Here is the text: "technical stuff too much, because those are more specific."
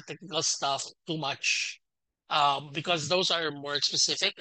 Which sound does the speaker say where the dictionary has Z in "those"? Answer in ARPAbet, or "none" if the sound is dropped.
Z